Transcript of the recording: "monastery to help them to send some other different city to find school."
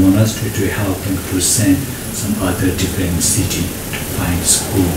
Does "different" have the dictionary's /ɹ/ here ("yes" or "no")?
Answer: no